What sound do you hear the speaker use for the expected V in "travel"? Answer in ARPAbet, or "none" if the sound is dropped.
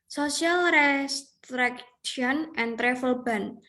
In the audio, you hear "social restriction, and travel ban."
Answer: F